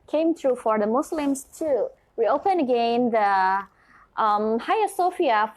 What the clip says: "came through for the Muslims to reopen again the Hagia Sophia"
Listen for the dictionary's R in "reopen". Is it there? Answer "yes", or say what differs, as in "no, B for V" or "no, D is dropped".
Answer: no, W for R